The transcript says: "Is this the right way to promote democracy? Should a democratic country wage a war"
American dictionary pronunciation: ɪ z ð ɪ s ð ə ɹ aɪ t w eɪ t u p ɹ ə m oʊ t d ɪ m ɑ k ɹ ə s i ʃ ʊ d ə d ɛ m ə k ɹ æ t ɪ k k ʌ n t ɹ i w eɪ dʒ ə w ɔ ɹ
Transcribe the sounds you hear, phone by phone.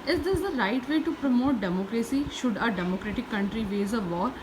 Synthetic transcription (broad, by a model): ɪ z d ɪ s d ə ɹ aɪ t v eɪ t u p ɹ ə m oʊ t d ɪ m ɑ k ɹ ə s i ʃ ʊ d ə d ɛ m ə k ɹ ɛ t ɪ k k ʌ n t ɹ i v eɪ z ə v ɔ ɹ